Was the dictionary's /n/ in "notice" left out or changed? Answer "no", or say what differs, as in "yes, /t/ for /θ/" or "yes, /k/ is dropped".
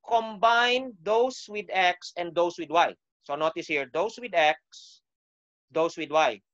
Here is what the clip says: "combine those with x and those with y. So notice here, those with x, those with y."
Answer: no